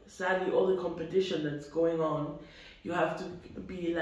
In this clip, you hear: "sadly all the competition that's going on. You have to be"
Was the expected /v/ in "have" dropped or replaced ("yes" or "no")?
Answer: yes